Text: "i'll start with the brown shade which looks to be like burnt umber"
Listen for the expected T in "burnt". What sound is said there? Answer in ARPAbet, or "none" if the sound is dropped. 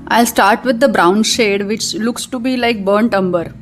T